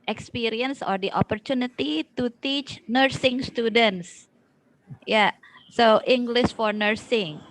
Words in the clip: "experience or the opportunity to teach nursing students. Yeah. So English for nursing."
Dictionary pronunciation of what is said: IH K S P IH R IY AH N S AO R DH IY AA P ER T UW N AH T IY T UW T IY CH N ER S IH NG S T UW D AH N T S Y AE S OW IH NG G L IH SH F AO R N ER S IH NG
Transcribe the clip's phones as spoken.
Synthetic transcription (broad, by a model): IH K S P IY R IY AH N S AO R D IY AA P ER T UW N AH T IY T UW T IY CH N ER S IH NG S T UW D AH N T S Y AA S OW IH NG G L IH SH F AO R N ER S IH NG